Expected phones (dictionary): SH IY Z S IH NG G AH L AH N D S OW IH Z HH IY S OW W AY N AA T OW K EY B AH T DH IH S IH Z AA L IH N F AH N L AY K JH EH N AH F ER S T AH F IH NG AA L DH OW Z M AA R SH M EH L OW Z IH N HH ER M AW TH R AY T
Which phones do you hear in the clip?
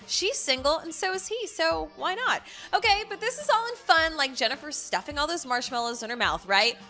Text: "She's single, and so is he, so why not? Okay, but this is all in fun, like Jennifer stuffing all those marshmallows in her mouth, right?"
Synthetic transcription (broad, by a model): SH IY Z S IH NG G L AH N S OW IH Z HH IY S OW W AY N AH T OW K EY B AH T DH IH S IH Z AA L IH N F AH N L AY K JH EH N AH F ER S T AH F IH NG AA L DH OW Z M AA R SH M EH L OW Z IH N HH ER M AW TH R AY T